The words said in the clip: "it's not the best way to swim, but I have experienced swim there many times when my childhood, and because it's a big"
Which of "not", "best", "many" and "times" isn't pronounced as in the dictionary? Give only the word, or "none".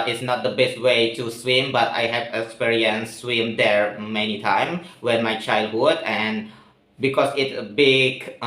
times